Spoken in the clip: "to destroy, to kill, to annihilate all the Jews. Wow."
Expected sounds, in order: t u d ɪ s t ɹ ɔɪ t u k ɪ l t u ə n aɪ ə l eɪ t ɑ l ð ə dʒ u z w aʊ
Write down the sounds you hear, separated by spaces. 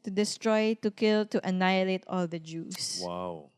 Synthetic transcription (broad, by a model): t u d ɪ s t ɹ ɔɪ t u k ɪ l t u ə n aɪ ə l eɪ t ɑ l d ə dʒ u s w aʊ